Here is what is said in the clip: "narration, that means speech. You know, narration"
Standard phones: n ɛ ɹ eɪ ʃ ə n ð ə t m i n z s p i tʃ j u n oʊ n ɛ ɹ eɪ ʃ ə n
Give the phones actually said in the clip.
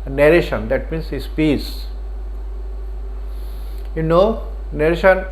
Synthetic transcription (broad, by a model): n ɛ ɹ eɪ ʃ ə n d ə t m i n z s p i s j u n oʊ n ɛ ɹ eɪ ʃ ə n